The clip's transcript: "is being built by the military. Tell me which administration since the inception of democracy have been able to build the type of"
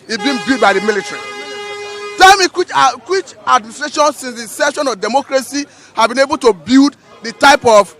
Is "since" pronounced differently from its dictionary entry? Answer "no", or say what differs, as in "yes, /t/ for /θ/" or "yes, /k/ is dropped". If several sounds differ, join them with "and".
no